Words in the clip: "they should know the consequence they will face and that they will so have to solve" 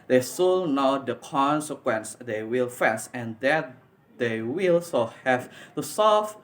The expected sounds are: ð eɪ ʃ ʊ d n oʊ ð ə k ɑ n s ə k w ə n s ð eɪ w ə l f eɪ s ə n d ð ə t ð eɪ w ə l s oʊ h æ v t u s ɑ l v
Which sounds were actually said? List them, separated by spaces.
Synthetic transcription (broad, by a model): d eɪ s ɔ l n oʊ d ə k ɑ n s ə k w ə n s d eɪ w ə l f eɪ s ə n d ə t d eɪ w ə l s oʊ h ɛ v t u s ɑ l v